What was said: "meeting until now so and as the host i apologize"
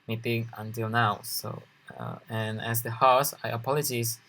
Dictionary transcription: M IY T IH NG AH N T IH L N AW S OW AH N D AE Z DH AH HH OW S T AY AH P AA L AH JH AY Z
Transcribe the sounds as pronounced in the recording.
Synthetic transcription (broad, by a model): M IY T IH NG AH N T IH L N AW S OW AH N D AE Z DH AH HH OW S AY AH P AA L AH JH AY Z